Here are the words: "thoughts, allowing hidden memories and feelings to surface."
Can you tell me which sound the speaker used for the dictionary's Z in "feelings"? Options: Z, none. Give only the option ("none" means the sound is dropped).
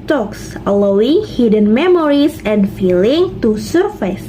none